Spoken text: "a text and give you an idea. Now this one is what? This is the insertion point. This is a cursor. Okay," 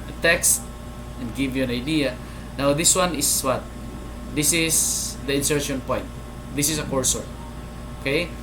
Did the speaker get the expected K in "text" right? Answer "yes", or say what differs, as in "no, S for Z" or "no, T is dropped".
yes